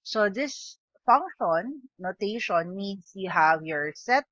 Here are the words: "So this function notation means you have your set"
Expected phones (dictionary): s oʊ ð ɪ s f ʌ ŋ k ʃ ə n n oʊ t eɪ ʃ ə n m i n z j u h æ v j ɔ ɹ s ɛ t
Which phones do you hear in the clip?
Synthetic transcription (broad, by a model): s oʊ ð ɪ s f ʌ ŋ k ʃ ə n n oʊ t eɪ ʃ ə n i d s j u h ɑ w j ɔ ɹ s ɛ t